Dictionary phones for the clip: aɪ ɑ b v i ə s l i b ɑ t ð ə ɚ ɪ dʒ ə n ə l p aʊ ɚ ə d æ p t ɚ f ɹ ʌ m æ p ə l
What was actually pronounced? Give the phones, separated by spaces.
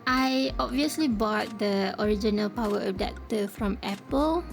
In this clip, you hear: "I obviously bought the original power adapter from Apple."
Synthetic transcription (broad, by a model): aɪ ɑ b v i ə s l i b ɑ t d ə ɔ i dʒ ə n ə l p aʊ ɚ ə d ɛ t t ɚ f ɹ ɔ m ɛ p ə l